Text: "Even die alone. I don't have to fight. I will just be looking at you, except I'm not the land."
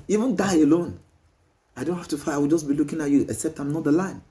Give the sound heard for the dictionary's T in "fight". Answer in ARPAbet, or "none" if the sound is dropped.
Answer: none